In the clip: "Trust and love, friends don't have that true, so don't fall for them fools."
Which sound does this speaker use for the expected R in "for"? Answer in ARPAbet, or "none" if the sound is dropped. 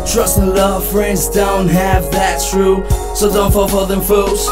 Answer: L